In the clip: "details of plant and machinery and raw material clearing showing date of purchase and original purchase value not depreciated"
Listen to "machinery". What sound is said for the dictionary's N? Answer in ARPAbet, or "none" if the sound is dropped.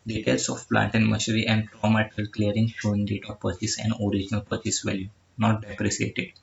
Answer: none